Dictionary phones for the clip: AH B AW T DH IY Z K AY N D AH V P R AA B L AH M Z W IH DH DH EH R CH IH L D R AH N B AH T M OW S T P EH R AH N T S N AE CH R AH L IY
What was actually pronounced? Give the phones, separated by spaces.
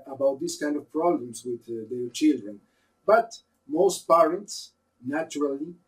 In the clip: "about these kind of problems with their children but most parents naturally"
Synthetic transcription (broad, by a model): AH B AW T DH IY S K AY N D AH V P R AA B L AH M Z W IH DH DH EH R CH IH L D R AH N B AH T M OW S T P EH R AH N T S N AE CH R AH L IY